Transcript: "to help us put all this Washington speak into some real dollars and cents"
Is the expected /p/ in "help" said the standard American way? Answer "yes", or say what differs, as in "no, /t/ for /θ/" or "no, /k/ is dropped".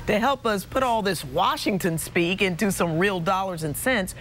yes